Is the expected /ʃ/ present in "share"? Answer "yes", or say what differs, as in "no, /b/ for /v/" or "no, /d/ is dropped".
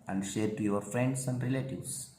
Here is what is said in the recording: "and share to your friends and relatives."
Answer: yes